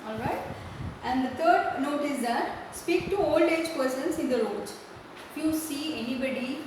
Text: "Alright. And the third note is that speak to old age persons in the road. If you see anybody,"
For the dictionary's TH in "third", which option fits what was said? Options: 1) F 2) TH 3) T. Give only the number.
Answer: 3